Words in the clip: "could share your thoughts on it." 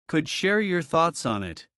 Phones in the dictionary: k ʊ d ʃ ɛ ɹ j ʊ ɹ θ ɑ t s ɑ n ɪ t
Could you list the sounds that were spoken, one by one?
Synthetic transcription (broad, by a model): k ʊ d ʃ ɛ ɹ j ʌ ɹ θ ɑ t s n ɪ t